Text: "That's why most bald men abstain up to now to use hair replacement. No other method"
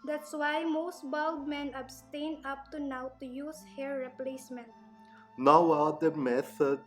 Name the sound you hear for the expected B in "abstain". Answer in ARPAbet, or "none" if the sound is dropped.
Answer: B